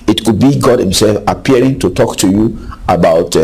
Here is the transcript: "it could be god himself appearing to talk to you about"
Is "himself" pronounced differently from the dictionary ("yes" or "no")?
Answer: no